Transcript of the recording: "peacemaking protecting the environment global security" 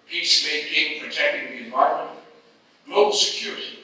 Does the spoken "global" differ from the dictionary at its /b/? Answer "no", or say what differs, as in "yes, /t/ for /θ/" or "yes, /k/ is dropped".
yes, /b/ is dropped